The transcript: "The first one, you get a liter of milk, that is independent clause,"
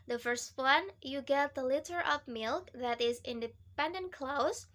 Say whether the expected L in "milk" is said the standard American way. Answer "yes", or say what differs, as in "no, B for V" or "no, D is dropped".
yes